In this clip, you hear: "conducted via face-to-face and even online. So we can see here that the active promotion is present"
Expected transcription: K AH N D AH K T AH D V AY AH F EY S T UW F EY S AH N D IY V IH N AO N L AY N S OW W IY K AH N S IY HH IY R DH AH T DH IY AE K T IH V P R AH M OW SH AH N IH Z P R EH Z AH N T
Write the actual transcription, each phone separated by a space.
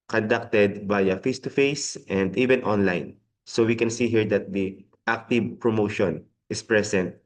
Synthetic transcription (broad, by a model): K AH N D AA K T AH D B AY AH F EY S T UW F EY S AH N D IY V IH N AO N L AY N S OW W IY K AH N S IY HH IY R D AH T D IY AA K T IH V P R AH M OW SH AH N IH S P R EH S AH N T